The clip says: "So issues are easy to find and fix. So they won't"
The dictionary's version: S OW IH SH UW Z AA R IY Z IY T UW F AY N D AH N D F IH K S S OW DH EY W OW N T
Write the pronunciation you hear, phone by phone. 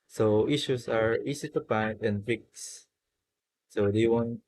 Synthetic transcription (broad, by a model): S OW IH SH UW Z AA R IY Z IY T UW P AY D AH N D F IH K S S OW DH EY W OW N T